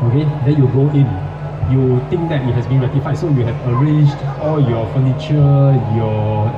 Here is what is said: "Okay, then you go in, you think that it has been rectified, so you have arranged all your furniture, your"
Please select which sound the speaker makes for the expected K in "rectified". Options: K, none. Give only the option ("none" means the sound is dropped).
none